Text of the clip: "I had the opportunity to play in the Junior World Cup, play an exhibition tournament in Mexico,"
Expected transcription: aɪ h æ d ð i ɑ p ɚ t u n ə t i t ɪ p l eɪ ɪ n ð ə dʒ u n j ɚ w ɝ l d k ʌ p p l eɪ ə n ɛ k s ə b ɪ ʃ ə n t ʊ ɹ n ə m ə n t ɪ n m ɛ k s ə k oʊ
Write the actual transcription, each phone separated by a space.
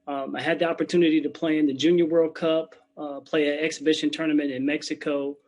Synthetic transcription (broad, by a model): aɪ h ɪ d ð i ɑ p ɚ t u n ə t i t ɪ p l eɪ ɪ n ð ə dʒ u n j ɚ w ɝ l d k ʌ p p l eɪ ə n ɛ k s ə b ɪ ʃ ə n t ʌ ɹ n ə m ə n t ɪ n m ɛ k s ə k oʊ